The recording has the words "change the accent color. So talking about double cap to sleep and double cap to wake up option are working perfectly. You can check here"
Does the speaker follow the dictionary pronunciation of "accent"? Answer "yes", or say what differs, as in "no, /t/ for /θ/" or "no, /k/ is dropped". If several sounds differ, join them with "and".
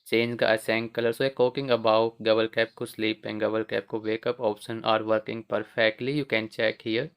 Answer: no, /k/ is dropped